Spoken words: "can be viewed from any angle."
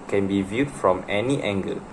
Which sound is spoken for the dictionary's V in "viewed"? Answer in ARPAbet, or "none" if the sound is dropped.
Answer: V